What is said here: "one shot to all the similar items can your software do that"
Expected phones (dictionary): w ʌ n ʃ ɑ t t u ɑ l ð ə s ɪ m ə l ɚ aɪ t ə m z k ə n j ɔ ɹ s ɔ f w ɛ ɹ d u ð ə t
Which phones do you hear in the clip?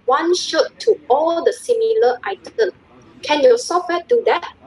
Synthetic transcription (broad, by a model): w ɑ n ʃ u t t u ɑ l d ə s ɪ m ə l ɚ aɪ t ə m k ə n j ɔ s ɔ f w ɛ d u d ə t